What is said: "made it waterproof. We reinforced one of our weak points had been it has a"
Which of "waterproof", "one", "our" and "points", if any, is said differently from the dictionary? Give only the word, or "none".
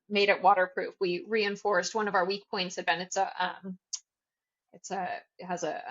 none